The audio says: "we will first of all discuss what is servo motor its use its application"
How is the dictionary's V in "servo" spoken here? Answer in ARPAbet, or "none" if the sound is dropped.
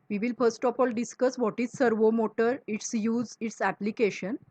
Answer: V